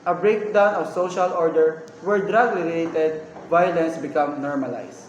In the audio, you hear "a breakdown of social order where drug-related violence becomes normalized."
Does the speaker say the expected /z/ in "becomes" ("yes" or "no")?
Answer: no